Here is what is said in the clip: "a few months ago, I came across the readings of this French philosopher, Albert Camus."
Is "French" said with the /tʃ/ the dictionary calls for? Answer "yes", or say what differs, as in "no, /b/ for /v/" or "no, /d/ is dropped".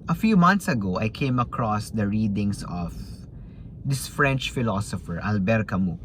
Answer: yes